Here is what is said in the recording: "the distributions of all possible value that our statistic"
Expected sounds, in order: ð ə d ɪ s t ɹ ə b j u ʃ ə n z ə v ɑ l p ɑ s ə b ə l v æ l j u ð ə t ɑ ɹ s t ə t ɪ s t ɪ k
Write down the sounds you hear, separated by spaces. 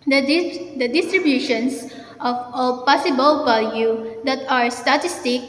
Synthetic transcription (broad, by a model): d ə d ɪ s t ɹ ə b j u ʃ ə n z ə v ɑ p ɑ s ə b ə l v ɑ l j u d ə t ɑ ɹ s t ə t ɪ s t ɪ k